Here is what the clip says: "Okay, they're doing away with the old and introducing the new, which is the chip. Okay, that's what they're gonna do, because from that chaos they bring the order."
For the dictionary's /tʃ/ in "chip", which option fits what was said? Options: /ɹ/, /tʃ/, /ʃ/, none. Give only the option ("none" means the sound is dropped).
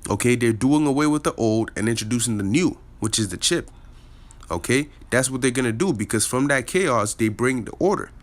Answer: /tʃ/